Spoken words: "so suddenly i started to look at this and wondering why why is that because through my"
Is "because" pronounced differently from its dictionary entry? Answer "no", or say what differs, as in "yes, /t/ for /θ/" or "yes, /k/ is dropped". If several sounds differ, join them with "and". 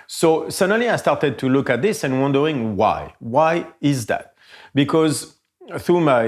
no